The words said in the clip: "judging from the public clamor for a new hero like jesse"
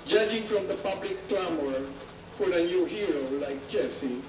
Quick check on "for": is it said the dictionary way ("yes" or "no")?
no